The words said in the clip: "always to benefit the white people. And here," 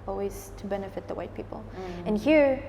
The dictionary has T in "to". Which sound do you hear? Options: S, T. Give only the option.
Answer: T